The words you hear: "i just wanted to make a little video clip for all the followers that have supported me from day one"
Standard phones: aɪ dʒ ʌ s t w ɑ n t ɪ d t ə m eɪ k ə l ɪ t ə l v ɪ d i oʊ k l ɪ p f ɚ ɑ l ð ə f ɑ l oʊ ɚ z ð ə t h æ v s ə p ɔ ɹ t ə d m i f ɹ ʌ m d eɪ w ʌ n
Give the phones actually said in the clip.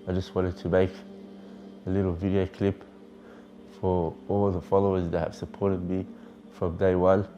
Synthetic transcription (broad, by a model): aɪ dʒ ʌ s t w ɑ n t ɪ d t ə m eɪ k ə l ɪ t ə l v ɪ d i oʊ k l ɪ p f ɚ ɑ l ð ə f ɑ l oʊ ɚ z ð ə t h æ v s ə p ɔ ɹ t ə d m i f ɹ ʌ m d eɪ w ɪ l